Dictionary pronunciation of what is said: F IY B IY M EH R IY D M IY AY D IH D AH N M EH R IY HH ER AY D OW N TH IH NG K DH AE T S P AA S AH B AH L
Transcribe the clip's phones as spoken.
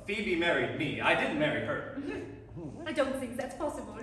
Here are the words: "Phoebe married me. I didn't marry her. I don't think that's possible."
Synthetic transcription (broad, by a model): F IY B IY M EH R IY D M IY AY D IH D N M EH R IY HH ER AY D OW N TH IH NG K DH AE T S P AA S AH B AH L